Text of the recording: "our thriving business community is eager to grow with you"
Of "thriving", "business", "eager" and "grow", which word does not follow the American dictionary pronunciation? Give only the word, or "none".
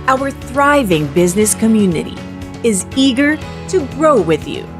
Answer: none